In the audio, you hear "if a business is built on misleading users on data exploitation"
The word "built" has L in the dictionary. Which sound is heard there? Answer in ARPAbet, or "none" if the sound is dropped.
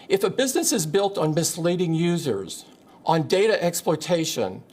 L